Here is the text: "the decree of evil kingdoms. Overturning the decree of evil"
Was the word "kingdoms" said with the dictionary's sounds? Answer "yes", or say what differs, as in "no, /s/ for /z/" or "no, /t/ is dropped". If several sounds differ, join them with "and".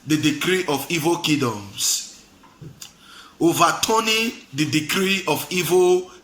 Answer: no, /ŋ/ is dropped